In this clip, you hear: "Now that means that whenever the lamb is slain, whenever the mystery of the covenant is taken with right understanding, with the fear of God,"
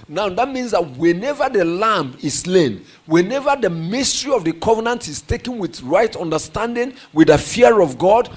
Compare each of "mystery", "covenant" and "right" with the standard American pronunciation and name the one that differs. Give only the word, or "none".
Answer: none